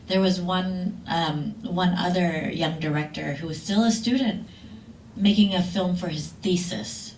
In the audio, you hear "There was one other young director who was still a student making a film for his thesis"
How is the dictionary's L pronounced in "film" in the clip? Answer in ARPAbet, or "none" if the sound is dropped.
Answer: L